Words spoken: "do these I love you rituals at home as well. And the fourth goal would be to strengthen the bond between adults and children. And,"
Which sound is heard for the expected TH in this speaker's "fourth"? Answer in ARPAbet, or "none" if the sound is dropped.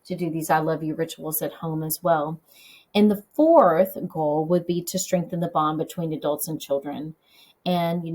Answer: TH